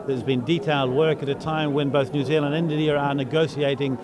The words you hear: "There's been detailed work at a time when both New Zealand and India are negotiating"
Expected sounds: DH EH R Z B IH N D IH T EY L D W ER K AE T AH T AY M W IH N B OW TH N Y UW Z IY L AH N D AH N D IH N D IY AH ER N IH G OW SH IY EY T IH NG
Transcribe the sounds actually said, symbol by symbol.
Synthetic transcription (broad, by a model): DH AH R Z B IH N D IH T EY L D W ER K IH T AH T AY M W IH N B OW TH N Y UW Z IY L AH N D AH N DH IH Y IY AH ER N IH G OW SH IY EY T IH NG